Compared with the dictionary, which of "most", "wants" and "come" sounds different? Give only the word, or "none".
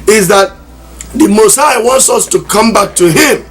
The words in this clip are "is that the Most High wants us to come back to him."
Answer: none